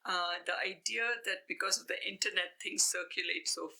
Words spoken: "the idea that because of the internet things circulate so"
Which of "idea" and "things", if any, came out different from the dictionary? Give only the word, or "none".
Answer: things